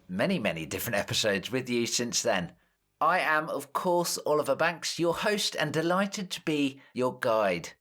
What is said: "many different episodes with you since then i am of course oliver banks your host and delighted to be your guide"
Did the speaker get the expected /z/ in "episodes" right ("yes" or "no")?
yes